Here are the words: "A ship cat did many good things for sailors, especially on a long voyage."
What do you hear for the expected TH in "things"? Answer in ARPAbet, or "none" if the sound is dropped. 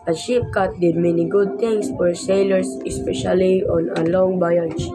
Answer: T